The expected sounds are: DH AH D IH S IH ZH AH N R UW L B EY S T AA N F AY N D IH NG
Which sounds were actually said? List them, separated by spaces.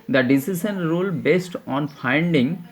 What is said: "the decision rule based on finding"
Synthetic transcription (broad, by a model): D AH D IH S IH SH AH N R UW L B EY S T AA N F AY N D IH NG